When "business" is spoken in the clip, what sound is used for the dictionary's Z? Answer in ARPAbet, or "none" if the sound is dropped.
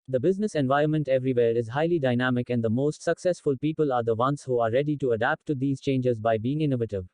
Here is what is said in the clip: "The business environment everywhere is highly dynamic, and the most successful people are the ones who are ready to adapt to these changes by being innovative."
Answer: Z